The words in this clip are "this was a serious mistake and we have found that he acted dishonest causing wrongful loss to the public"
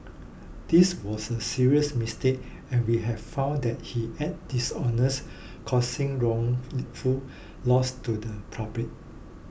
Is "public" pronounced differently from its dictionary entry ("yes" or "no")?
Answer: yes